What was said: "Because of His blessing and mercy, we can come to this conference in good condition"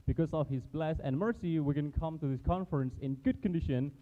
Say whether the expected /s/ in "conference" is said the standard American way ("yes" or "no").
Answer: yes